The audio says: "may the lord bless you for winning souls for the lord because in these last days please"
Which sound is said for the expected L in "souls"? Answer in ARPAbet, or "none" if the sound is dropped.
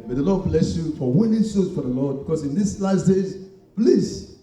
none